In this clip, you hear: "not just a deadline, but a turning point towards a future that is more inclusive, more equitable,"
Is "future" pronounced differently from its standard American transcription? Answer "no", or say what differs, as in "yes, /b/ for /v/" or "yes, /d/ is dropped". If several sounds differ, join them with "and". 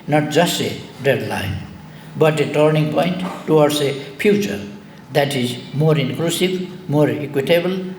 yes, /p/ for /f/